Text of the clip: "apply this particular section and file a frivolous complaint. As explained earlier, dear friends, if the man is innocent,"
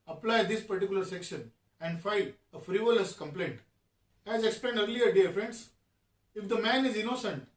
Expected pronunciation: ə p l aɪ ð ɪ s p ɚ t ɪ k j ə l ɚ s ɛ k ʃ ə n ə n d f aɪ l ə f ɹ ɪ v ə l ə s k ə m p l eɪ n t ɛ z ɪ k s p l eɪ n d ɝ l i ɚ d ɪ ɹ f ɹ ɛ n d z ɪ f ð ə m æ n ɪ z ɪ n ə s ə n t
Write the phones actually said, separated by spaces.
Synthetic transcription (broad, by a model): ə p l aɪ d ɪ s p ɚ t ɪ k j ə l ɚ s ɛ k ʃ ə n ə n d f aɪ l ə f ɹ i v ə l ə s k ə m p l eɪ n t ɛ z ɪ k s p l eɪ n d ɝ l i ɚ d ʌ ɹ f ɹ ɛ n d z ɪ f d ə m æ n ɪ z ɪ n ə s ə n t